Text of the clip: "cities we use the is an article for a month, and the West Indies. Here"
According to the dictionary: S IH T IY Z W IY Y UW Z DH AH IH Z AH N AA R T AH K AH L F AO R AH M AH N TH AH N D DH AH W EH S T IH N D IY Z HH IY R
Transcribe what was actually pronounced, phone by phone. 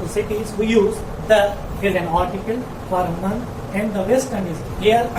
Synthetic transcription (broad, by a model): S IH T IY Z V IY Y UW Z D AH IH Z AH N AA R T AH K AH L F AO R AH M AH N T AH N D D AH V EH S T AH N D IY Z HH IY R